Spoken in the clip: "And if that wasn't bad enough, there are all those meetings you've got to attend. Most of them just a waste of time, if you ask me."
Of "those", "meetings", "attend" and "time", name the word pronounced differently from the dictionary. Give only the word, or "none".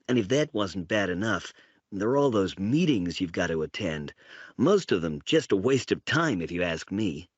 none